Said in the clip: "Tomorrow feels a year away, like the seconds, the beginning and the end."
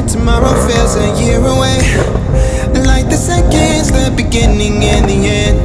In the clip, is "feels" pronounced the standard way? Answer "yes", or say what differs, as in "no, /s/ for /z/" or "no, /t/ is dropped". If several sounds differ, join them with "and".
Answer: no, /l/ is dropped